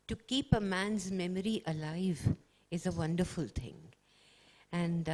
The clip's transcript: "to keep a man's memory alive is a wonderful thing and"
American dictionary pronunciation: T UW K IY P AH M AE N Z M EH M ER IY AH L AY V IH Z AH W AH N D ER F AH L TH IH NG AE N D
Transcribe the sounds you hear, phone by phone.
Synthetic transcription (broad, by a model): T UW K IY P AH M AE N Z M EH M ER IY AH L AY V IH Z AH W AH N D ER F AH L T IH NG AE N D